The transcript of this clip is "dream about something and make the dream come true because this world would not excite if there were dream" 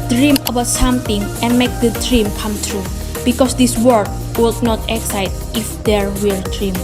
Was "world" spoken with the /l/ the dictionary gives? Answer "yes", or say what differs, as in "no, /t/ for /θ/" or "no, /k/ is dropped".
no, /l/ is dropped